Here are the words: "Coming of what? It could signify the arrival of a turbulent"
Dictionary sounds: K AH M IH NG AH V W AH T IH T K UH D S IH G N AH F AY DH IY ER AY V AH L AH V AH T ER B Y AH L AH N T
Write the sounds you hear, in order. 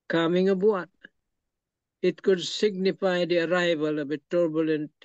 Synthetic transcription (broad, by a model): K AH M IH NG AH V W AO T IH T K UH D S IH G N AH F AY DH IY ER AY V AH L AH V AH T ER B Y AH L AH N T